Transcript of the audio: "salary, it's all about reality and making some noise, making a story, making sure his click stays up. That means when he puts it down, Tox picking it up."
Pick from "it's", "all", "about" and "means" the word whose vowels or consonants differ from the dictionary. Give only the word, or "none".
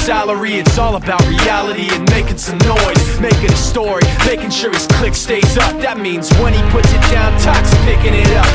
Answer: none